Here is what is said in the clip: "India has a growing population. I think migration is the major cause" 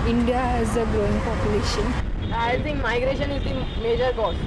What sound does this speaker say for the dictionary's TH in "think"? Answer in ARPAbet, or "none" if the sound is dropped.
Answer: T